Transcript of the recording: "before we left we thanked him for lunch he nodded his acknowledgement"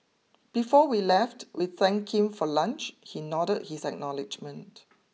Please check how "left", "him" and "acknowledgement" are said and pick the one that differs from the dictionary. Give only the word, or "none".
none